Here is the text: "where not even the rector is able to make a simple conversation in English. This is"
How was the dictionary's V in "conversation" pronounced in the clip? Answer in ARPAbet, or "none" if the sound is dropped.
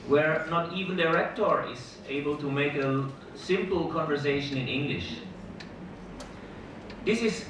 V